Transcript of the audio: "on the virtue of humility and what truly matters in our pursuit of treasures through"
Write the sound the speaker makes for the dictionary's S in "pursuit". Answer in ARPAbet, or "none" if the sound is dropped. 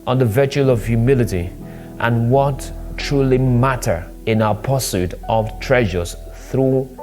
S